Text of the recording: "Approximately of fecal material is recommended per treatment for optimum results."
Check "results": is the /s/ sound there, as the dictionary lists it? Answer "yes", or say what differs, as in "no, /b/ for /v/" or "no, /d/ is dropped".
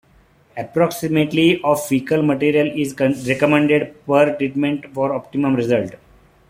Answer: no, /s/ is dropped